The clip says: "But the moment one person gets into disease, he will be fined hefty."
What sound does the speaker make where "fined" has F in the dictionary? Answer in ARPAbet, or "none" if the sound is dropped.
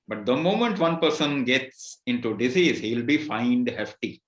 F